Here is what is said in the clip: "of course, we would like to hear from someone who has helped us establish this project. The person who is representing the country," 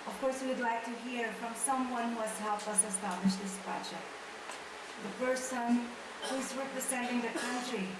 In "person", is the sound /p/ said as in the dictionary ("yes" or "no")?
no